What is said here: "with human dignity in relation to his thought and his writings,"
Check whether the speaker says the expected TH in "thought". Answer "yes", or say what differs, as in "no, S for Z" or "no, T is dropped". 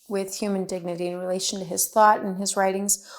yes